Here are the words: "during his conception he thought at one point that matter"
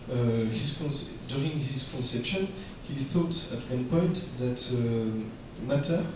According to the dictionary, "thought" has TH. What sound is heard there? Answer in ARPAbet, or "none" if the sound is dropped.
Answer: TH